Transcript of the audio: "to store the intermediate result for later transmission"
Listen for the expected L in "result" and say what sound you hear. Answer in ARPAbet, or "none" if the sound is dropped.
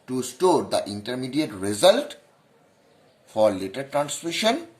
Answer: L